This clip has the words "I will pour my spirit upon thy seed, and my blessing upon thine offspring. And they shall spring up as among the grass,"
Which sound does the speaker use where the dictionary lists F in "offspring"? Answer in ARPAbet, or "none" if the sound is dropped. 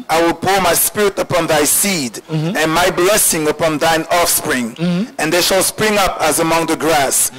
F